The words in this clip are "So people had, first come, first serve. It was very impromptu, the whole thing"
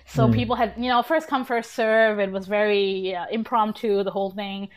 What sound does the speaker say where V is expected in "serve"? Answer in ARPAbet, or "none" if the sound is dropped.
V